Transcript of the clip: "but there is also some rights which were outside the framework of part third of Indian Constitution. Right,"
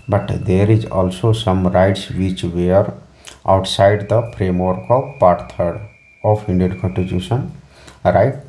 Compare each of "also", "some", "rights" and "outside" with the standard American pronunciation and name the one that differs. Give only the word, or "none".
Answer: none